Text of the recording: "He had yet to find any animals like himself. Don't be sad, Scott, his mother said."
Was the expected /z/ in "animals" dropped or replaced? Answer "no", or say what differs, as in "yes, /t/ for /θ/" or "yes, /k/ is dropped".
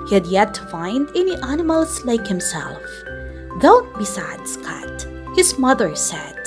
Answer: yes, /s/ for /z/